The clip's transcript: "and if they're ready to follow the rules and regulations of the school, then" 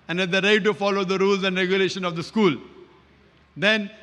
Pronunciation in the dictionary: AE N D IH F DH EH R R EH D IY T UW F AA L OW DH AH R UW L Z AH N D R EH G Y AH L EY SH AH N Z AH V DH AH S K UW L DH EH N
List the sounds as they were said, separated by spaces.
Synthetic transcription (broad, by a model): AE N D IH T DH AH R R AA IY T UW F AA L OW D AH R UW L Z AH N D R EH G Y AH L EY SH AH N AH V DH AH S K UW L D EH N